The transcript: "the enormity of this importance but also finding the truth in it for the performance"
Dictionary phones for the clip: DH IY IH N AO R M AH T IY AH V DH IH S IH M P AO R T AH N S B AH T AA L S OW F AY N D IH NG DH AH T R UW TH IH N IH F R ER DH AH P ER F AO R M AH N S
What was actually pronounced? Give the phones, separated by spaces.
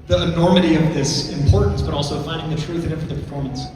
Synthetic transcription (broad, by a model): DH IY IH N AO R M AH T IY AH V DH IH S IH M P AO R T N S B AH T AA L S OW F AY N D IH NG DH AH T R UW TH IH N IH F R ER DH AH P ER F AO R M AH N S